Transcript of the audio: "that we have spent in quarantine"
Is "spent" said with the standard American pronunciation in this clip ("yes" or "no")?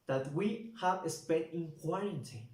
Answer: no